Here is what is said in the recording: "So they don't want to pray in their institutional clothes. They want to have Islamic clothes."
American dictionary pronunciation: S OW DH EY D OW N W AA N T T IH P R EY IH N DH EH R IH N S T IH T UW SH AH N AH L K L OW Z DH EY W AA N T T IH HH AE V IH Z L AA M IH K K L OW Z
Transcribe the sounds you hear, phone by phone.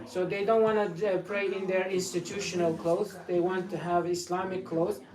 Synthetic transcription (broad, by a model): S OW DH EY D OW N W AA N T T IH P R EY IH N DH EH R IH N S T IH T UW SH AH N AH L K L OW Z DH EY W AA N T T IH HH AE V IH S L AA M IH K K L OW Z